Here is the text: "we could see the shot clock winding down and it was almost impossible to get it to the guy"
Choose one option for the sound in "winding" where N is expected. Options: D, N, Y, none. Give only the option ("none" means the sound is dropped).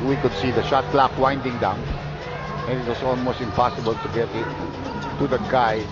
N